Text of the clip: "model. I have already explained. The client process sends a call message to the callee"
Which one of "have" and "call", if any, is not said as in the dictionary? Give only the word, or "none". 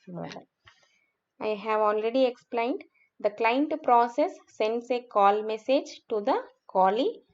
none